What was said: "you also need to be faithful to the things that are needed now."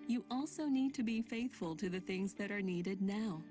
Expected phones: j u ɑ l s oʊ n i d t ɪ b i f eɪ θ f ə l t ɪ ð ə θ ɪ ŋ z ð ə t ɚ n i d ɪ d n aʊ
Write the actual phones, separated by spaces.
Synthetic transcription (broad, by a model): j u ɑ l s oʊ n i d t ɪ b i f eɪ θ f ə l t ɪ ð ə θ ɪ ŋ z ð ə t ɚ n i d ɪ d n aʊ